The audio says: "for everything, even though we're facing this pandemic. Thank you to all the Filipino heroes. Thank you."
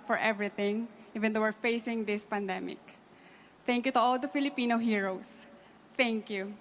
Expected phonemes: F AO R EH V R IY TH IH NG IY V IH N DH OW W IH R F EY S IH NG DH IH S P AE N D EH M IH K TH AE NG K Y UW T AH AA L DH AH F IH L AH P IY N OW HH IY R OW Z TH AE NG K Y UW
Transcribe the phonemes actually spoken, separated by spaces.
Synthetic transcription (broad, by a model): F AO R EH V R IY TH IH NG IY V IH N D OW W IH R F EY S IH NG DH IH S P AE N D EH M IH K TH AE NG K Y UW T AH AA L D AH F IH L AH P IY N OW HH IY R OW S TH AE NG K Y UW